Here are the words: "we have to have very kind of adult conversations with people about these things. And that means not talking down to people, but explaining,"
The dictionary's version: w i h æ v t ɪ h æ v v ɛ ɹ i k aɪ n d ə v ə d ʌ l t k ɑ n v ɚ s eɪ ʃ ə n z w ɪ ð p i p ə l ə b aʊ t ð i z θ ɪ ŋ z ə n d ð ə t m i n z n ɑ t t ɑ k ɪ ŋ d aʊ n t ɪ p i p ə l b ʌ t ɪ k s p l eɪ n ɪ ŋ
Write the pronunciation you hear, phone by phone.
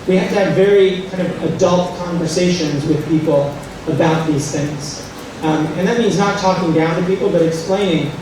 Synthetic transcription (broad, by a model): w i h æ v t ɪ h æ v v ɛ ɹ i k aɪ n d ə v ə d ʌ l t k ɑ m v ɚ s eɪ ʃ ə n z w ɪ ð p i p l ə b aʊ t ð i z θ ɪ ŋ z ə n ð ə t m i n z n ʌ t t ɑ k ɪ ŋ d aʊ n t ɪ p i p l b ʌ t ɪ k s p l eɪ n ɪ ŋ